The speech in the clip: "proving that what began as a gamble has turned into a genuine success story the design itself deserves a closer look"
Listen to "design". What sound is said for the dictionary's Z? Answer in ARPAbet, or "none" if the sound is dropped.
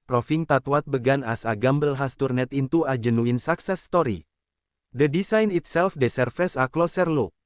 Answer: S